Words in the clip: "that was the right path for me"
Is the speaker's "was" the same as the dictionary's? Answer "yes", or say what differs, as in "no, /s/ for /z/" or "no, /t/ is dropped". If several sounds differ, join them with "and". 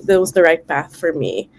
yes